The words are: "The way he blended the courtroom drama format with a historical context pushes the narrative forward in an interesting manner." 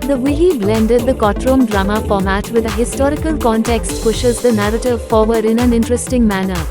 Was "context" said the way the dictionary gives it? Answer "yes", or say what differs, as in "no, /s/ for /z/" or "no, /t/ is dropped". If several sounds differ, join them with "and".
yes